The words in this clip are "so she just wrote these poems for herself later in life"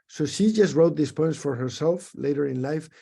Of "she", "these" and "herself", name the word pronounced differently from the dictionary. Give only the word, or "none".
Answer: these